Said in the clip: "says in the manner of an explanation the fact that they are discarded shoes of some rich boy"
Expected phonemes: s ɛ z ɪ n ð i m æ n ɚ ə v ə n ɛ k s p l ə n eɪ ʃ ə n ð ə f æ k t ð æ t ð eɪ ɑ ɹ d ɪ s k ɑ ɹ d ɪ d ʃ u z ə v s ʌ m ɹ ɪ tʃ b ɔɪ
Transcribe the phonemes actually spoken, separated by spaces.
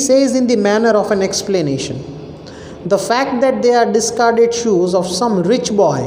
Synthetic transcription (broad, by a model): s ɛ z ɪ n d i m æ n ɚ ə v ə n ɛ k s p l ə n eɪ ʃ ə n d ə f æ k t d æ t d eɪ ɑ ɹ d ɪ s k ɑ ɹ d ɪ d ʃ u z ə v s ʌ m ɹ ɪ tʃ b ɔɪ